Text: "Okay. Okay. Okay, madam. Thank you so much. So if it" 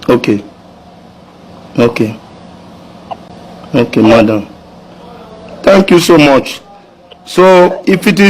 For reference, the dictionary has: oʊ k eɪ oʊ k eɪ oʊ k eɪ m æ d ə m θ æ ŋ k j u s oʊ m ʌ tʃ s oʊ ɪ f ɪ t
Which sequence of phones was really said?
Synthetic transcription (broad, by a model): oʊ k eɪ oʊ k eɪ oʊ k eɪ m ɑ d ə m t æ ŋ k j u s oʊ m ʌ tʃ s oʊ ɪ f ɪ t